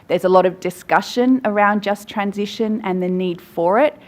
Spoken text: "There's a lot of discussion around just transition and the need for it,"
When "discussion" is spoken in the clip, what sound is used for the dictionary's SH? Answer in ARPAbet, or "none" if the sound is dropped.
SH